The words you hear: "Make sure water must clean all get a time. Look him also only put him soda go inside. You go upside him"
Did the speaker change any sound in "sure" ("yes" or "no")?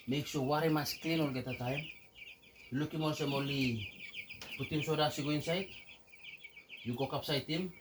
yes